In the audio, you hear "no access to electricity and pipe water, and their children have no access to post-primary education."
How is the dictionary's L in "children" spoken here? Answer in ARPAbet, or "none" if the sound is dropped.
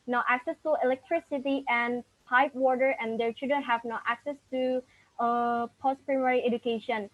none